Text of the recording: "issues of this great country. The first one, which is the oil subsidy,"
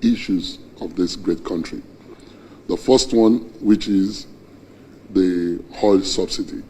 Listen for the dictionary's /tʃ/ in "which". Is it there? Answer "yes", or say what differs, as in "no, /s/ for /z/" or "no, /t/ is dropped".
yes